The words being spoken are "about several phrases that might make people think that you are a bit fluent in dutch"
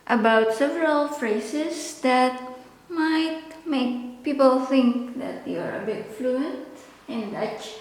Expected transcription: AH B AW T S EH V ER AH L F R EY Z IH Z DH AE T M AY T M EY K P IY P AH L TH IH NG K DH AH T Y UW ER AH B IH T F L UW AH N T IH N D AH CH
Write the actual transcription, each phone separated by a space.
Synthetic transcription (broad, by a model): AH B AW T S EH V ER AH L F R EY S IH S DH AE T M AY T M EY K P IY P AH L TH IH NG K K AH T Y UW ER AH B IH T F L UW AH N T IH N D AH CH